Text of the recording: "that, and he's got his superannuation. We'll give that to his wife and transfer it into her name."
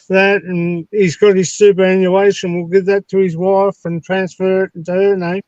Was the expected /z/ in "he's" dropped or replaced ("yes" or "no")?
no